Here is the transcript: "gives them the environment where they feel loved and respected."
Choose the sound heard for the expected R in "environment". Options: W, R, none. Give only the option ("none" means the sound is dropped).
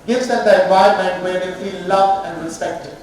none